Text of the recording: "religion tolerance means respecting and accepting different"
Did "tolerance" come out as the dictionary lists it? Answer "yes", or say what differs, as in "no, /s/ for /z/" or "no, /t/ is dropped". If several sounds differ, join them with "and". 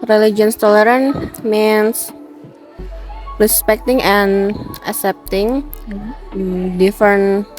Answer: no, /s/ is dropped